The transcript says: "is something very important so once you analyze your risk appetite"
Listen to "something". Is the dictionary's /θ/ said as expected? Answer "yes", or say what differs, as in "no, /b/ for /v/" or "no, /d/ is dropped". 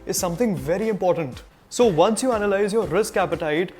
no, /t/ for /θ/